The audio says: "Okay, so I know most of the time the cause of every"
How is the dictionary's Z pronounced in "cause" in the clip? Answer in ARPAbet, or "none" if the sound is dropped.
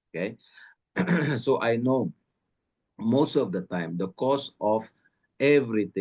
S